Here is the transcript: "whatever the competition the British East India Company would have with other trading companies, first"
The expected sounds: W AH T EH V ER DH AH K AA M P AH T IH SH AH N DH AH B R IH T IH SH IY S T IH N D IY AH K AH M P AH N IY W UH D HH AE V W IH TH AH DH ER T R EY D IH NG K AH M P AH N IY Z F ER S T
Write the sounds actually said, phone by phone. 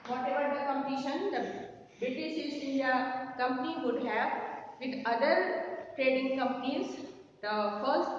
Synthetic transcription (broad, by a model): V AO T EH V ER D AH K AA M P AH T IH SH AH N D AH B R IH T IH S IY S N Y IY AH K AH M P AH N IY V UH D HH AE V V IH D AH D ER T R EY D IH NG K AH M P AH N IY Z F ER S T